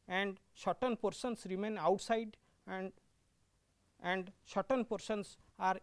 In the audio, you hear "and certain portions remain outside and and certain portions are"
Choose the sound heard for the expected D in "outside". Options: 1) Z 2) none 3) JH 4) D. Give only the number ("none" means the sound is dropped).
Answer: 2